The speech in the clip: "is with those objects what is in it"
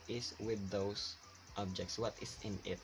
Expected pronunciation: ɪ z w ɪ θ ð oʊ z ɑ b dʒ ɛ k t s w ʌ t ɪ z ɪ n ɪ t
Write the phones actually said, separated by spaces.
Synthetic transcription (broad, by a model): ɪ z w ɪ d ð oʊ s ɑ b dʒ ɛ k t s w ʌ t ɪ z ɪ n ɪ t